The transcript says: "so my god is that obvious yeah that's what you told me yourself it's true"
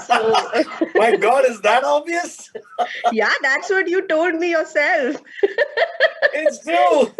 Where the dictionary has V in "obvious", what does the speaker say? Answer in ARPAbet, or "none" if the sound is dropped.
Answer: none